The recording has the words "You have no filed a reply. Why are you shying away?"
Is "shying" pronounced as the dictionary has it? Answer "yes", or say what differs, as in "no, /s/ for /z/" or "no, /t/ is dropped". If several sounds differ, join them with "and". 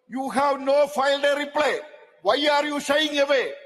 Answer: no, /s/ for /ʃ/